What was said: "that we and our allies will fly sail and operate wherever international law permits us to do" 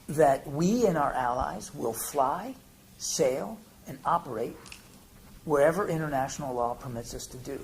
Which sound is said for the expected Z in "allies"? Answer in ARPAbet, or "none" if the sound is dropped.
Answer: Z